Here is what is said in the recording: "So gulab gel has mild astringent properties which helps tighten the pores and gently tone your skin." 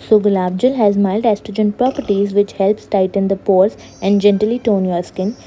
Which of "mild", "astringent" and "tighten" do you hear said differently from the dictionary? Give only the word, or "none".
astringent